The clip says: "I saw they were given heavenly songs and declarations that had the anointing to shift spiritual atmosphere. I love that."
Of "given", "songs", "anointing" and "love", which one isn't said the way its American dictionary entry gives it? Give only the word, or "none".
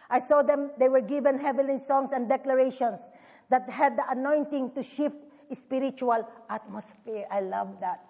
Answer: songs